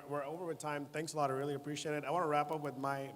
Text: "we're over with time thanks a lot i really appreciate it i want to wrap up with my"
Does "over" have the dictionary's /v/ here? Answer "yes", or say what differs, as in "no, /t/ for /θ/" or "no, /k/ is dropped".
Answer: yes